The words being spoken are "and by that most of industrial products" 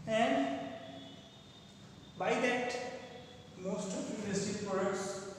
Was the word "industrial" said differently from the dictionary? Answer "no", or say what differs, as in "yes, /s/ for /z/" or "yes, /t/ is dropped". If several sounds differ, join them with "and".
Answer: yes, /ɹ/ is dropped